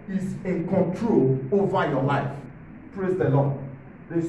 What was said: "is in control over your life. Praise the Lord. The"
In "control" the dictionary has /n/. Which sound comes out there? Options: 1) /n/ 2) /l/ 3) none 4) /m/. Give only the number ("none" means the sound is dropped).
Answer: 1